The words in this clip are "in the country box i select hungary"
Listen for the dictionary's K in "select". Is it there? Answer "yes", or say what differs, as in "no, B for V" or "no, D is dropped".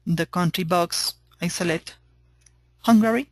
no, K is dropped